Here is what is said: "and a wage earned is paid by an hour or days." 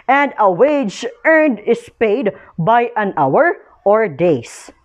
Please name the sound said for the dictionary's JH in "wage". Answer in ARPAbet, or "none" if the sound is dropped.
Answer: JH